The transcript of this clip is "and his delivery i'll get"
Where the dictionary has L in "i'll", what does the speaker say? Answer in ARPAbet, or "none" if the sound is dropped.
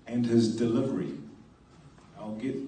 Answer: L